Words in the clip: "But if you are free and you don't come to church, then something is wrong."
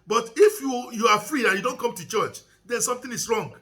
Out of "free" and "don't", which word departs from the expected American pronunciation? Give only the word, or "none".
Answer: none